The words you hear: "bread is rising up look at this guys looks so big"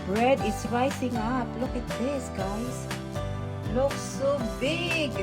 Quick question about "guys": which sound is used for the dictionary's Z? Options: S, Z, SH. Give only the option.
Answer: S